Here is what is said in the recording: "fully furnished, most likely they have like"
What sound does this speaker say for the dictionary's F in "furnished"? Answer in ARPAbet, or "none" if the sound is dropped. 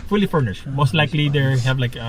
F